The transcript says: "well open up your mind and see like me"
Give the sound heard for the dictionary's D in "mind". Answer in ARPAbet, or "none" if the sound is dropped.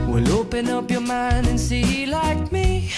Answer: D